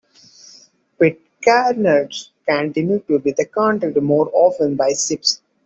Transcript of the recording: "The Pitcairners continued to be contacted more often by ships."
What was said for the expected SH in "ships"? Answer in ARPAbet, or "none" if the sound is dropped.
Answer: S